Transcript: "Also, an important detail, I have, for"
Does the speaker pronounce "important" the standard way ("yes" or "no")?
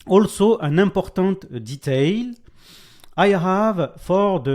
no